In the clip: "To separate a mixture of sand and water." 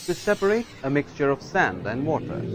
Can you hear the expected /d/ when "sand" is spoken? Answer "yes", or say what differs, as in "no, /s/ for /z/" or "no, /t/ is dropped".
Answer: yes